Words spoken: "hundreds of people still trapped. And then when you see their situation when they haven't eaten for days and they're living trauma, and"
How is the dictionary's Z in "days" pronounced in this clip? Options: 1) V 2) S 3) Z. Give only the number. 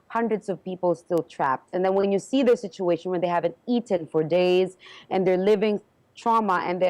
3